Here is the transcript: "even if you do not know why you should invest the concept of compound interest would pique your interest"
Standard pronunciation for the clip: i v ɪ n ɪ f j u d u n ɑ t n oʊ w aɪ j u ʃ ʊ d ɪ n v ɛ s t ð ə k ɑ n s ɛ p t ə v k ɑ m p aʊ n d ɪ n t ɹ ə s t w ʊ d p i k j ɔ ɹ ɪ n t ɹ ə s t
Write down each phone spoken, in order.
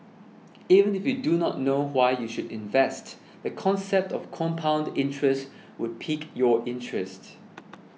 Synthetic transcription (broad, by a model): i v ɪ n ɪ f j u d u n ɑ t n oʊ w aɪ j u ʃ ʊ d ɪ n v ɛ s t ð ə k ɑ n s ɛ p t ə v k ɑ m p aʊ n d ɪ n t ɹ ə s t w ʊ d p i k j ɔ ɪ n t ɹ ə s t